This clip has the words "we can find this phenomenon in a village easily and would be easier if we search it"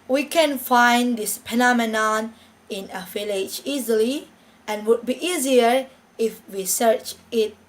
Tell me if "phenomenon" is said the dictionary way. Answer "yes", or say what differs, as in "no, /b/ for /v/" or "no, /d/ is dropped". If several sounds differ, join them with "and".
no, /p/ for /f/